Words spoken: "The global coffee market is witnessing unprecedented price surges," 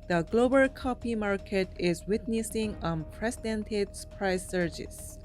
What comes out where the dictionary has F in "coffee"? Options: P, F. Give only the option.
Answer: P